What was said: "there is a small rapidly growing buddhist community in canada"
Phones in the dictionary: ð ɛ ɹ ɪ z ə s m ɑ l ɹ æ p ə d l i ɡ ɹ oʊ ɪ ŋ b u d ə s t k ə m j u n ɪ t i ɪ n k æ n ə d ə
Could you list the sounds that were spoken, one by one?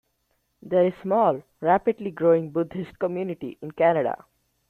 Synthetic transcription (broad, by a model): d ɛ ɹ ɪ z s m ɑ l ɹ æ p ə d l i ɡ ɹ oʊ ɪ ŋ b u d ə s t k ə m j u n ɪ t i ɪ n k æ n ə d ə